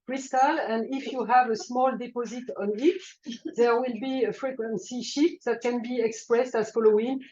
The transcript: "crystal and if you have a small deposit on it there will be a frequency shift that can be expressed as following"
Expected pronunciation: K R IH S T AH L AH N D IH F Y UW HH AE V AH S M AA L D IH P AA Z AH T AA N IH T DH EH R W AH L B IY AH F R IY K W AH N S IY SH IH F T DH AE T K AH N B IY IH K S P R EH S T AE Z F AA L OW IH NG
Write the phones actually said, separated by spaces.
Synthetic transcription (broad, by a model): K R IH S T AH L AH N D IH F Y UW HH AE V AH S M AA L D IH P AA Z AH T AA N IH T DH EH R W AH L B IY AH F R IY K W AH N S IY SH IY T DH AE T K AH N B IY IH K S P R EH S T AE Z F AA L OW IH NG